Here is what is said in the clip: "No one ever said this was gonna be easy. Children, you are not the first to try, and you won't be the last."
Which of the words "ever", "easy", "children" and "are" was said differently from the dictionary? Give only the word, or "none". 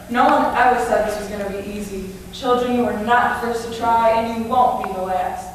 ever